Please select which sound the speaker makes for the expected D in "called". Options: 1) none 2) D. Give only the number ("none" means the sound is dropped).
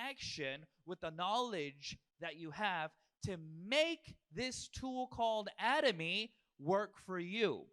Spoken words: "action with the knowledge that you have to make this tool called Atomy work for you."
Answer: 2